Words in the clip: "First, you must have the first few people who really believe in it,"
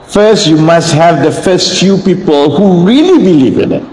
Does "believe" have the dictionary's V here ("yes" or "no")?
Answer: yes